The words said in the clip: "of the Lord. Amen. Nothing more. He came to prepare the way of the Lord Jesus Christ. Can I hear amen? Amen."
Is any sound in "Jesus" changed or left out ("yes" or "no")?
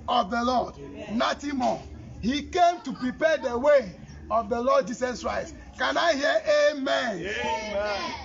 yes